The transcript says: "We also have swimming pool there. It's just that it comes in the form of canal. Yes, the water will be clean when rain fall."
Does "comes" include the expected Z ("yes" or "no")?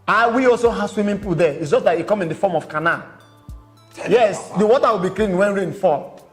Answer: no